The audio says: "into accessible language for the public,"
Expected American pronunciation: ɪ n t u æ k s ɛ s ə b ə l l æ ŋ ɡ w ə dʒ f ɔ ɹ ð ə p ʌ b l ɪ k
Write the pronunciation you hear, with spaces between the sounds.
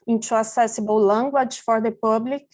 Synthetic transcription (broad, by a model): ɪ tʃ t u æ s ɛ s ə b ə w l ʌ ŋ ɡ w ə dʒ f ɔ ɹ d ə p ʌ b l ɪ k